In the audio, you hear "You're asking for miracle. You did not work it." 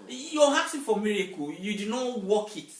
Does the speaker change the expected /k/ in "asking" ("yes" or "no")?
yes